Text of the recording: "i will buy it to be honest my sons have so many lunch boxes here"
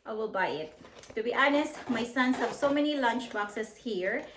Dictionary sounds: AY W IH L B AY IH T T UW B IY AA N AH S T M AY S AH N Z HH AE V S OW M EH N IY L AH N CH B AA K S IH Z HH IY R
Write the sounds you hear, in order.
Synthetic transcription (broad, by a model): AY W IH L B AY IH T T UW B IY AA N AH S T M AY S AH N S HH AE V S OW M EH N IY L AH N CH B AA K S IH S HH IY R